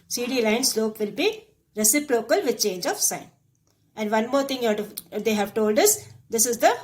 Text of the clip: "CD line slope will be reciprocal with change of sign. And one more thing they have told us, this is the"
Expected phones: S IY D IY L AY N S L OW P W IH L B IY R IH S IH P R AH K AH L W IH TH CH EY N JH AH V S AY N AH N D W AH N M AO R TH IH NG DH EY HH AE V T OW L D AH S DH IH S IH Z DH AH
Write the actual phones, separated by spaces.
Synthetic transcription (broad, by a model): S IY D IY L AY N S L OW P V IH L B IY R IH S IH P R AH K AH L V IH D CH EY N JH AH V S AY N AH N D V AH N M AO R T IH NG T EY HH AE V T OW L D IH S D IH S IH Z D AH